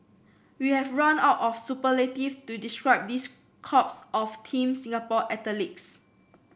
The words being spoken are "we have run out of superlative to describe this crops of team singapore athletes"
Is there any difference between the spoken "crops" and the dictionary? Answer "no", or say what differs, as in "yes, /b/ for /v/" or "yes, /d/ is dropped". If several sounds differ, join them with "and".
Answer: yes, /ɹ/ is dropped